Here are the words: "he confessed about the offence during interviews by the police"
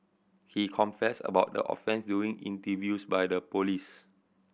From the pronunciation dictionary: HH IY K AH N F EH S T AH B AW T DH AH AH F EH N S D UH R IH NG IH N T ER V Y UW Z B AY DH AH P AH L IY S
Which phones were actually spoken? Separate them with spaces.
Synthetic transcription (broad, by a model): HH IY K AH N F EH S AH B AW T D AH AH F EH N S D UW IH NG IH N T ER V Y UW S B AY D AH P AH L IY S